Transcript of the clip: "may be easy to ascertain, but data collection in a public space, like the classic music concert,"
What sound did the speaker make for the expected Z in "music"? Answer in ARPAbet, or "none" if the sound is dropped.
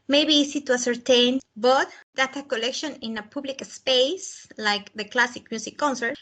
S